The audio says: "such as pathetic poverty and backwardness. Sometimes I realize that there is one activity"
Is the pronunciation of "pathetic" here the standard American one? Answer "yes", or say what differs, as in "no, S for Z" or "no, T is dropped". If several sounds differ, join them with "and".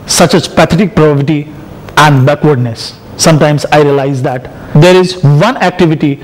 no, T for TH